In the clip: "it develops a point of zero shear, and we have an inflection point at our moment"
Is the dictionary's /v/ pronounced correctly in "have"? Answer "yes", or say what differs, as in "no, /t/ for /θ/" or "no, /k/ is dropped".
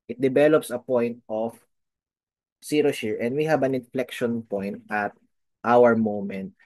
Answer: no, /b/ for /v/